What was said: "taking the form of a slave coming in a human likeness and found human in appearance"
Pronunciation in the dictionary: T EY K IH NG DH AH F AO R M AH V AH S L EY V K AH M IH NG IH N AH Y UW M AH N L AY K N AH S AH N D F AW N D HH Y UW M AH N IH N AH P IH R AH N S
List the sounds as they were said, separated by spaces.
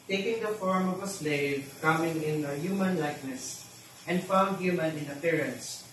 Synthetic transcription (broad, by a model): T EY K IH NG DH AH F AO R M AH V AH S L EY V K AH M IH NG IH N AH Y UW M AH N L AY K N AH S AH N D F AW N D HH Y UW M AH N IH N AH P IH R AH N S